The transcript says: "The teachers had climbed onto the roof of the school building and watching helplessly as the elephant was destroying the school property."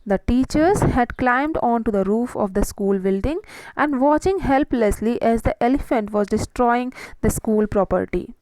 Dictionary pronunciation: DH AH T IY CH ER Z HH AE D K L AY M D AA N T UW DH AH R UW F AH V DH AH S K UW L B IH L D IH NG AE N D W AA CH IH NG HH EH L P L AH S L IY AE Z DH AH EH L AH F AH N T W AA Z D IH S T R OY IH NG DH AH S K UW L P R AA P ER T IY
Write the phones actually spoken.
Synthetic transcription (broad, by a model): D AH T IY CH ER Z HH AE D K L AY M D AA N T UW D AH R UW F AH V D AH S K UW L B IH L D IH NG AE N D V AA CH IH NG HH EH L P L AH S L IY AE Z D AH EH L AH F AH N T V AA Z D IH S T R OY IH NG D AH S K UW L P R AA P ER T IY